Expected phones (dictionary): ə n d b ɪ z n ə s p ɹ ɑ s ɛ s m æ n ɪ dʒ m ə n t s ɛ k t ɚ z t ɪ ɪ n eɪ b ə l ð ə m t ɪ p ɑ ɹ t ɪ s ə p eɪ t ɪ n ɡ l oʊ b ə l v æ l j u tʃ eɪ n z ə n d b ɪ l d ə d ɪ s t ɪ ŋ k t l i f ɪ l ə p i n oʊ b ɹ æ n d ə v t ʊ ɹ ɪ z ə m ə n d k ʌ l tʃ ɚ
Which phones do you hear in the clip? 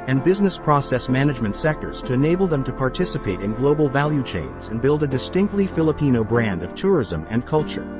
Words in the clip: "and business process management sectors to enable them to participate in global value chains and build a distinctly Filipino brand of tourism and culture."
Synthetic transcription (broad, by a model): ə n b ɪ z n ə s p ɹ ɑ s ɛ s m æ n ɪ dʒ m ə n t s ɛ k t ɚ z t ɪ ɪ n eɪ b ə l ð ə m t ɪ p ɑ ɹ t ɪ s ə p eɪ t ɪ n ɡ l oʊ b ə l v æ l j u tʃ eɪ n z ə n b ɪ l d ə d ɪ s t ɪ ŋ k t l i f ɪ l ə p i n oʊ b ɹ æ n d ə v t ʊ ɹ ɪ z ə m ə n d k ʌ l tʃ ɚ